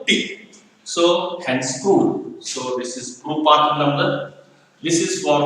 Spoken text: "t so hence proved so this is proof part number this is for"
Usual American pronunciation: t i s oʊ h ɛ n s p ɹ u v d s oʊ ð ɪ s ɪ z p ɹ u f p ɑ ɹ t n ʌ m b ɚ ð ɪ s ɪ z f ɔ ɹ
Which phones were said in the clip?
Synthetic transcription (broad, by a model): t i s oʊ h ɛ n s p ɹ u d s oʊ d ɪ s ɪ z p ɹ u p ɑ ɹ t n ʌ m b ɚ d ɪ s ɪ z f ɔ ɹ